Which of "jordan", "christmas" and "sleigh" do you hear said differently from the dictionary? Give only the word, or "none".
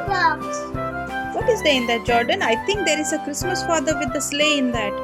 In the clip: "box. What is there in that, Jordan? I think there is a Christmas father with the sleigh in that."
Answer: none